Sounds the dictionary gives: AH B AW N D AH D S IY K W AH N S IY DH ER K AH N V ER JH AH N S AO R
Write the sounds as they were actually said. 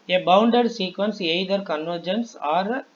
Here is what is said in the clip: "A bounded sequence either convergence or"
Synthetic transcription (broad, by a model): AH B AW N D AH D S IY K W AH N S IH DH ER K AH N V ER JH AH N S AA R